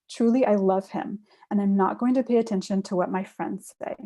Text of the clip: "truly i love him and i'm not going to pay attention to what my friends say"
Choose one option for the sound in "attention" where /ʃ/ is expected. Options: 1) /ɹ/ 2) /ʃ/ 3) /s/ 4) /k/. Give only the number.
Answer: 2